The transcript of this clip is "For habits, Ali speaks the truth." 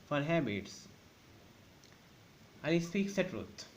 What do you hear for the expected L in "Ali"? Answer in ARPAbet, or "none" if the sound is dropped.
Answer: none